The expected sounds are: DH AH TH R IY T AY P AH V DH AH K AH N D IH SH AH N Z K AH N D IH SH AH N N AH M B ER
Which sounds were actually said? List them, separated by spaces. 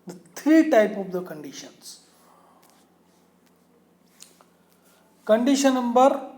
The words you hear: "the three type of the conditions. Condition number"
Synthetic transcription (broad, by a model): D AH T R IY T AY P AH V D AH K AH N D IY SH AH N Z K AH N D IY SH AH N N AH M B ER